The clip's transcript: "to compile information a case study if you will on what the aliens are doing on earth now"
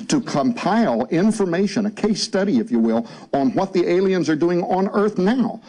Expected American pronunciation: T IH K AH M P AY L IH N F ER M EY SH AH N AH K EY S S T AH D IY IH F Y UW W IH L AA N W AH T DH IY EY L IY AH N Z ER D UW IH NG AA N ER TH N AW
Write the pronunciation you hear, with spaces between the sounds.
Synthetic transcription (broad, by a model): T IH K AH M P AY L IH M F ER M EY SH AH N AH K EY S S T AH D IY IH F Y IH W IH L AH N W AH T DH IY EY L IY AH N Z ER D UW IH NG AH N ER TH N AW